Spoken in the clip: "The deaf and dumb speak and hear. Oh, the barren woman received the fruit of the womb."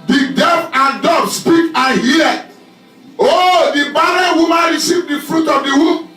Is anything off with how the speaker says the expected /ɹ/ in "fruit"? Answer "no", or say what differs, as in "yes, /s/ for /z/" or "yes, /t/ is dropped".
no